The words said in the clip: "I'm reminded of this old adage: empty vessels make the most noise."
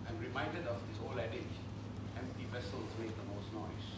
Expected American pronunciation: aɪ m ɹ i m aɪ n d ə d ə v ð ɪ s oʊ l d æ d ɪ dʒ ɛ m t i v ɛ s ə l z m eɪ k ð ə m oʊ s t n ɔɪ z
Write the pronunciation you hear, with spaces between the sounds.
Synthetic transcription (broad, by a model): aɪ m ɹ i m aɪ n d ə d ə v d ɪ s oʊ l æ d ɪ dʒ ɛ m t i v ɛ s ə l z m eɪ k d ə m oʊ s t n ɔɪ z